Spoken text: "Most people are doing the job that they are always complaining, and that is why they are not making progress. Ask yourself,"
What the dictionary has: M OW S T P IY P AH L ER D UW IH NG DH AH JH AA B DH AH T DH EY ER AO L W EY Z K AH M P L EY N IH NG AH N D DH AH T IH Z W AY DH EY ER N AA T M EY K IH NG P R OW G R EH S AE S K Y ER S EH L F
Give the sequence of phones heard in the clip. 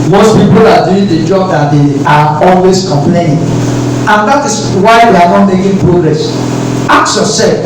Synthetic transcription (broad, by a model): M OW S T P IY P AH L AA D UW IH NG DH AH JH AA B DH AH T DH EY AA AO L W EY S K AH M P L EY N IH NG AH N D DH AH T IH S W AY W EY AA N AA T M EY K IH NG P R OW G R EH S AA K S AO S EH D